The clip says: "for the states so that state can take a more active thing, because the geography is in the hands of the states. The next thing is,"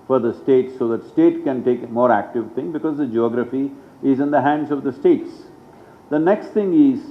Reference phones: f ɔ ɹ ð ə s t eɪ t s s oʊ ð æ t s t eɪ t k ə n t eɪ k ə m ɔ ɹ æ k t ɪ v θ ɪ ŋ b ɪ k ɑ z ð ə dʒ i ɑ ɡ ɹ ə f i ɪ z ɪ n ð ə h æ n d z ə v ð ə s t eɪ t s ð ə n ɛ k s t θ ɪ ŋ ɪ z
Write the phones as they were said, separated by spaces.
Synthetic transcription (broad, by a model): f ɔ ɹ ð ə s t eɪ t s s oʊ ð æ t s t eɪ t k ə n t eɪ k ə m ɔ ɹ æ k t ɪ v t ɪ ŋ b ɪ k ɑ z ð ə dʒ i ɑ ɡ ɹ ə f i ɪ z ɪ n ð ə h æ n d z ə v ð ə s t eɪ t s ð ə n ɛ k s t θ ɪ ŋ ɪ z